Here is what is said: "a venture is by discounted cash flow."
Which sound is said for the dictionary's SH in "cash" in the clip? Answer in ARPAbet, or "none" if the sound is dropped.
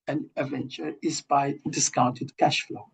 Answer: SH